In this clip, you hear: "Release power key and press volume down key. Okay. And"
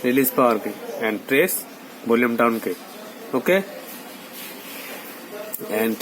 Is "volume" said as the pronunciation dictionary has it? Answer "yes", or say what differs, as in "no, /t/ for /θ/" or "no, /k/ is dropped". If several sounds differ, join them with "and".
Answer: no, /b/ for /v/